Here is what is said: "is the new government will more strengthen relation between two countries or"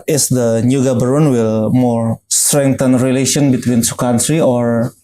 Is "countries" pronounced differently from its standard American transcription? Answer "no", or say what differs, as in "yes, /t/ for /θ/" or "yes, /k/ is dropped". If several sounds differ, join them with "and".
yes, /z/ is dropped